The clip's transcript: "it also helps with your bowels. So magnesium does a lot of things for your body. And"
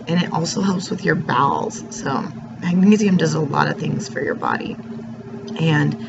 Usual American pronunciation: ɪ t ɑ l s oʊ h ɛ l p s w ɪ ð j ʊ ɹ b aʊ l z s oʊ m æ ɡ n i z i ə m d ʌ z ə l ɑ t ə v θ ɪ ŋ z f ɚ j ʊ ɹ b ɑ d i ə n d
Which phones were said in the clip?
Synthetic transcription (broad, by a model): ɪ t ɑ l s oʊ h ɛ l p s w ɪ ð j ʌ ɹ b aʊ l z s oʊ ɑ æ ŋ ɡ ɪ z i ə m d ʌ z ə l ɑ t ə v θ ɪ ŋ z f ɚ j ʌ ɹ b ɑ d i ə n